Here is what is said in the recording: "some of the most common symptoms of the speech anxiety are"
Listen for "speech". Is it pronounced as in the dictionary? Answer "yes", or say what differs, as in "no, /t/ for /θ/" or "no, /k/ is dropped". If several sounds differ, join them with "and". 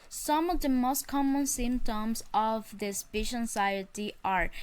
no, /ʃ/ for /tʃ/